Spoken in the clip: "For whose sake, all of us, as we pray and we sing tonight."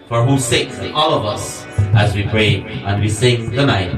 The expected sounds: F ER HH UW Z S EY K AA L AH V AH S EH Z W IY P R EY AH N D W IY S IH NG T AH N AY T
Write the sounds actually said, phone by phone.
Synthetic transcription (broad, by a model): F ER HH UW S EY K AA L AH V AH S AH Z W IY P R EY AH N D W IY S IH NG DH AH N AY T